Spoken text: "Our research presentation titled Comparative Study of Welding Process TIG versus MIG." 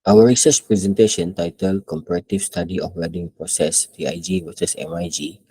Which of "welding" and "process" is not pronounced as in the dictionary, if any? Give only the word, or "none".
welding